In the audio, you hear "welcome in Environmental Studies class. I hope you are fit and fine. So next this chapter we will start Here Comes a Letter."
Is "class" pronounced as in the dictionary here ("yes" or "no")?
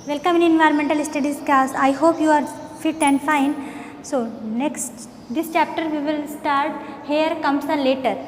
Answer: no